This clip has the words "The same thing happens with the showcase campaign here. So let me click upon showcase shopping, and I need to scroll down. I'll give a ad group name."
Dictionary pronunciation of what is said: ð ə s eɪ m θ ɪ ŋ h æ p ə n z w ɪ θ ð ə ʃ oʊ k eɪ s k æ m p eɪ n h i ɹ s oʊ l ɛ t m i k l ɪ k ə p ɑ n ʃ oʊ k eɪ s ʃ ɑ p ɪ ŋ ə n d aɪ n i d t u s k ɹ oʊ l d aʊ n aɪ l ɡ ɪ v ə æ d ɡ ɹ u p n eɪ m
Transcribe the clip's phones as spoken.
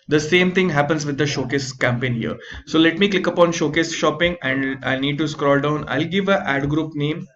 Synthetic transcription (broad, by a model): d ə s eɪ m t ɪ ŋ h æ p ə n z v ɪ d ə ʃ oʊ k eɪ s k æ m p eɪ n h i ɹ s oʊ l ɛ t m i k l ɪ k ə p ɑ n ʃ oʊ k eɪ s ʃ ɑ p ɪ ŋ ə n d aɪ n i d t u s k ɹ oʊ l d aʊ n aɪ l ɡ ɪ v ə æ d ɡ ɹ u p n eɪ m